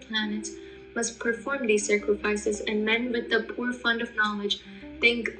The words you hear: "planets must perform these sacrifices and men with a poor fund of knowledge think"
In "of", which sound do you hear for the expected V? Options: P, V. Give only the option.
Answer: V